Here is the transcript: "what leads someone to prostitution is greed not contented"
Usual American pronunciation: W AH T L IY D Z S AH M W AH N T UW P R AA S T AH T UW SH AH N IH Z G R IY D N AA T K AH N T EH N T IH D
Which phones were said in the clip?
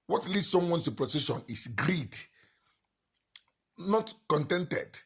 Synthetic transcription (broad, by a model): W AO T L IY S S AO M W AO N S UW P R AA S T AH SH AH N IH S G R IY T N AA T K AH N T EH N T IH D